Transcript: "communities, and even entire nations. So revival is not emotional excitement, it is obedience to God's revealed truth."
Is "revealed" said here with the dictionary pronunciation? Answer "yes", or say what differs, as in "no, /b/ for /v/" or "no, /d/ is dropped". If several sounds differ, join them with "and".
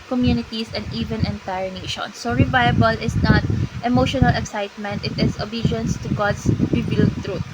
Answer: no, /b/ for /v/